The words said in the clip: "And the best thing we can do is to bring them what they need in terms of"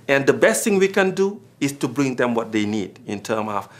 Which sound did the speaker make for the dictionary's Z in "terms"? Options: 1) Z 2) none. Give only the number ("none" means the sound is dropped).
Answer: 2